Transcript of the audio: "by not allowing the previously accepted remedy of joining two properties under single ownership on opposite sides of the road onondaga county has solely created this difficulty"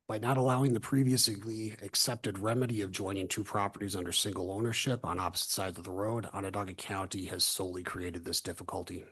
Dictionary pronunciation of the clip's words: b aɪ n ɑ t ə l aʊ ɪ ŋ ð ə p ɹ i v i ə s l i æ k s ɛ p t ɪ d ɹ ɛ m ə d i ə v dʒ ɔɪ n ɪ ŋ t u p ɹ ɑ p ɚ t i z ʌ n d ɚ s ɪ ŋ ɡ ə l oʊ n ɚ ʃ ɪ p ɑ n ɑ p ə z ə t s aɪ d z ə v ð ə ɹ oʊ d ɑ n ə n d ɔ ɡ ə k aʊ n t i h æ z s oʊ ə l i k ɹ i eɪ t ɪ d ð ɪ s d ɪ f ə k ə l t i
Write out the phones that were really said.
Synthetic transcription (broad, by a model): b aɪ n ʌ t ə l aʊ ɪ ŋ ð ə p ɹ i v i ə s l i æ k s ɛ p t ɪ d ɹ ɛ m ə d i ə v dʒ ɔɪ n ɪ ŋ t u p ɹ ɑ p ɚ t i z ʌ n d ɚ s ɪ ŋ ɡ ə l oʊ n ɚ ʃ ɪ p n ɑ p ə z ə t s aɪ d z ə v ð ə ɹ oʊ d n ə d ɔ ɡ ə k aʊ n t i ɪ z s oʊ ə l i k ɹ i eɪ t ɪ d ð ɪ s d ɪ f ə k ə l t i